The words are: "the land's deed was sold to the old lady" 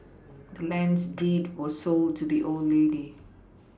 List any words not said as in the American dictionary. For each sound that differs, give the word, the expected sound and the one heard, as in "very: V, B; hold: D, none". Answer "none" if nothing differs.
none